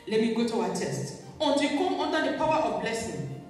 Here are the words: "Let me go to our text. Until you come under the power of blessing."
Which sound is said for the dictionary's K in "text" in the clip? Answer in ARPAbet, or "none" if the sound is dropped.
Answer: none